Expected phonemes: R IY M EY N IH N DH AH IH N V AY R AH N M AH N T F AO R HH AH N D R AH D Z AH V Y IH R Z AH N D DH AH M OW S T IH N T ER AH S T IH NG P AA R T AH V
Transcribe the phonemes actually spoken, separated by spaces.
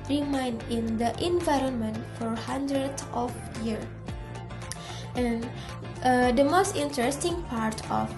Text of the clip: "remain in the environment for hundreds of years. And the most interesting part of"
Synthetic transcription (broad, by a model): R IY M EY N IH N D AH IH N V AY R AH N M AH N T F AO R HH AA N D R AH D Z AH F Y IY R AH N D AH M OW S T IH N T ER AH S T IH NG P AA R T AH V